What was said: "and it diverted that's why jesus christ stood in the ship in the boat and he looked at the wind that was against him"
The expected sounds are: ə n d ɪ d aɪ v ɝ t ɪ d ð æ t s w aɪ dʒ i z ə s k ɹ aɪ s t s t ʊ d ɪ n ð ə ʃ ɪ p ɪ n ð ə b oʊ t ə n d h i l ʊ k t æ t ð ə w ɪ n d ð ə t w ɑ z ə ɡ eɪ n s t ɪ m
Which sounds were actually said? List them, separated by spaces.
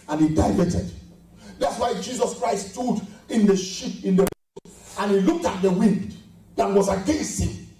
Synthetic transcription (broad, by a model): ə n ɪ d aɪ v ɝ t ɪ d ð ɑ t s w aɪ dʒ i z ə s k ɹ aɪ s s t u d ɪ n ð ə ʃ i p ɪ n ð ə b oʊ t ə n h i l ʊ k t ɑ t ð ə w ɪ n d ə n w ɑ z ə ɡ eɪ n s ɪ